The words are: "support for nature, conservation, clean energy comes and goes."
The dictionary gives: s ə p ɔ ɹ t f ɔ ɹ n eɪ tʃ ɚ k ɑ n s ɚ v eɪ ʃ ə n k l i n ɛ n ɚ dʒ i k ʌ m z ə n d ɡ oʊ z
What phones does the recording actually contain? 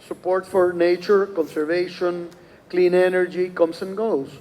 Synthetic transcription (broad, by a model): s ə p ɔ ɹ t f ɔ ɹ n eɪ tʃ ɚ k ɑ n s ɚ v eɪ ʃ ə n k l i n ɛ n ɚ dʒ i k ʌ m s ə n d ɡ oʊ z